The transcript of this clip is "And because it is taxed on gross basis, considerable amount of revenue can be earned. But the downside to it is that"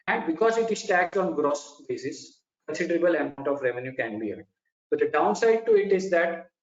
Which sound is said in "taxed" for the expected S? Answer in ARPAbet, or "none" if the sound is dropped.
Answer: none